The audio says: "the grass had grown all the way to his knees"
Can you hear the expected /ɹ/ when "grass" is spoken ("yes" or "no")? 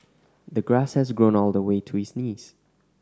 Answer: yes